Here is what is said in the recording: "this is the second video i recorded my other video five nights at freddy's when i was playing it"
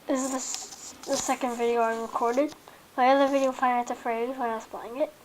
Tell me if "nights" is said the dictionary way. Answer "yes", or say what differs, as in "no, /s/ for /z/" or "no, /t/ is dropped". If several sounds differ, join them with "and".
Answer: no, /s/ is dropped